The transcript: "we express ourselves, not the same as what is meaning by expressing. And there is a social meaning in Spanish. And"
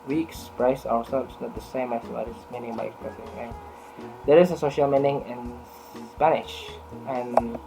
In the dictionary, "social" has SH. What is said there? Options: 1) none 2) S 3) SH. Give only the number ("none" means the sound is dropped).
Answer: 3